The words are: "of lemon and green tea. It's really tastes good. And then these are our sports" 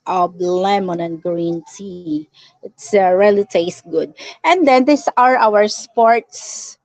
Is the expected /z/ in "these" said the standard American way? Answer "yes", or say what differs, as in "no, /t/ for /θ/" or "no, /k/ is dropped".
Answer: no, /s/ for /z/